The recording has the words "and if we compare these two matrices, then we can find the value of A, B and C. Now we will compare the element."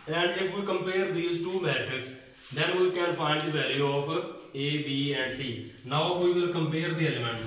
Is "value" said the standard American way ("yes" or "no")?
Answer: no